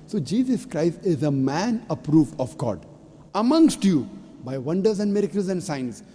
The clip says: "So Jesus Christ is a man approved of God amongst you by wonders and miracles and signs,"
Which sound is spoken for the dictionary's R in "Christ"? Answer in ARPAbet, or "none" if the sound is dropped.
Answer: R